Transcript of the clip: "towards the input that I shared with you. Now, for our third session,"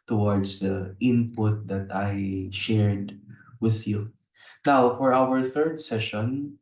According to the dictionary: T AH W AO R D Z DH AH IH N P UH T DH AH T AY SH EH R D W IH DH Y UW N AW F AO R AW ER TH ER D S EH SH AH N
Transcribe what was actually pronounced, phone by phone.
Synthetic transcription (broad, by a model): T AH W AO R D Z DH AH IH N P UH T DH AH T AY SH EH R D W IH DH Y UW N AW F AO R AW ER TH ER D S EH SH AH N